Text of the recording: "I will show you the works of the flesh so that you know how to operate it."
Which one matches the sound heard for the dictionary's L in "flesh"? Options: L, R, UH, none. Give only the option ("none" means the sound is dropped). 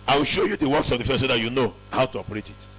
none